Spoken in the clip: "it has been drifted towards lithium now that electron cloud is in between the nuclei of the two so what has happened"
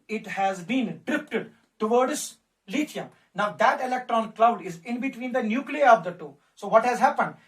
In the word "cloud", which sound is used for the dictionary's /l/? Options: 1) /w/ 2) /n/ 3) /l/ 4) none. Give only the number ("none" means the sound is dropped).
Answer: 3